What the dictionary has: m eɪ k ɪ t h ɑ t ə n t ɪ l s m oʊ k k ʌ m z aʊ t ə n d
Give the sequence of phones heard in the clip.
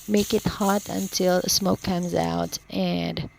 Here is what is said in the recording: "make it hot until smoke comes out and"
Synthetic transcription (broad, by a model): m eɪ k ɪ t h ɑ t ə n t ɪ l s m oʊ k k ʌ m z aʊ t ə n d